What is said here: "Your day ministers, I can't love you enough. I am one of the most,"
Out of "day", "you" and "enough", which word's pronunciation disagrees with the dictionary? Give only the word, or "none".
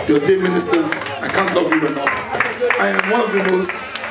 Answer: enough